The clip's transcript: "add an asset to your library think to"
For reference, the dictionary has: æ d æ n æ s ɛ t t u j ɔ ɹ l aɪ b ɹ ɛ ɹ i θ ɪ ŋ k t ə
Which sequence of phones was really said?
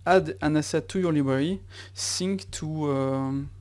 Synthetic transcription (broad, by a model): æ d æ n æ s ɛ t t u j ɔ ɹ l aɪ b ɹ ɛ ɹ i s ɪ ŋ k t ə